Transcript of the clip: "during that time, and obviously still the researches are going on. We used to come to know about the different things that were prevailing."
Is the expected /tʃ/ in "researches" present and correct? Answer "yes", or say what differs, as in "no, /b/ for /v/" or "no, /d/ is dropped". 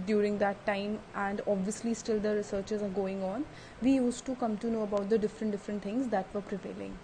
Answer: yes